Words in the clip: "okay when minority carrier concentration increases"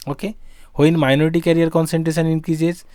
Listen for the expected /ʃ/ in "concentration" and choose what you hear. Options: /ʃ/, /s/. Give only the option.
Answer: /s/